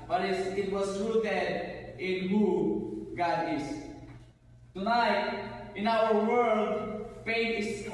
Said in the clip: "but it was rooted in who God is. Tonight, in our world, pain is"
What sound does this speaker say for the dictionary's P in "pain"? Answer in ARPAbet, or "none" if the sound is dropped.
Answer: F